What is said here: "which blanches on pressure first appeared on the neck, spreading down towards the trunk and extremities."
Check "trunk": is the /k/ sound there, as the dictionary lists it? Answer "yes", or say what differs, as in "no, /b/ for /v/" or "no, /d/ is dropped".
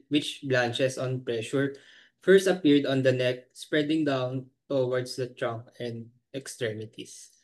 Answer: yes